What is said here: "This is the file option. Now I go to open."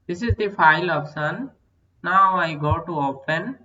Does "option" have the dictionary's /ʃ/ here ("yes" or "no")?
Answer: no